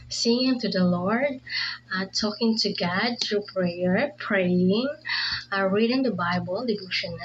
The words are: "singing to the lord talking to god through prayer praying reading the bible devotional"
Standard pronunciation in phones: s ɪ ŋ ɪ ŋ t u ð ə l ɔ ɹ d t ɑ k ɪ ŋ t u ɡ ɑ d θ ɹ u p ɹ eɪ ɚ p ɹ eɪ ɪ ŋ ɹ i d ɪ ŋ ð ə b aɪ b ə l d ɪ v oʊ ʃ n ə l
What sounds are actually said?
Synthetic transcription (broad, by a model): s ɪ ŋ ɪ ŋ t u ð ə l ɔ ɹ d t ɑ k ɪ ŋ t u ɡ ɑ d t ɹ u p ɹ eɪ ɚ p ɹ eɪ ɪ ŋ ɹ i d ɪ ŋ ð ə b aɪ b ə l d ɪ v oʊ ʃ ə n